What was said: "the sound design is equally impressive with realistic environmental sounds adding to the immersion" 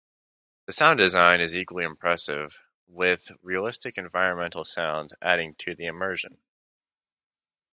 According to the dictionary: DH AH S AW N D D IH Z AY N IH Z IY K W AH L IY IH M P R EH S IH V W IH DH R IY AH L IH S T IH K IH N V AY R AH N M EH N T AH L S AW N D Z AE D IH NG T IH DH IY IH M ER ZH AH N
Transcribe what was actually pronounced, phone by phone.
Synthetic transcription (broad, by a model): DH AH S AW N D D IH Z AY N IH Z IY K W L IY IH M P R EH S IH V W IH DH R IY AH L IH S T IH K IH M V AY R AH N M EH N T L S AW N D Z AE D IH NG T IH DH IY IH M ER ZH AH N